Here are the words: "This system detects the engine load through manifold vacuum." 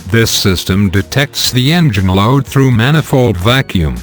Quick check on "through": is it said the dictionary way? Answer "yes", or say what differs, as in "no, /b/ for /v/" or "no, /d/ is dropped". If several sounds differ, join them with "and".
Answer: yes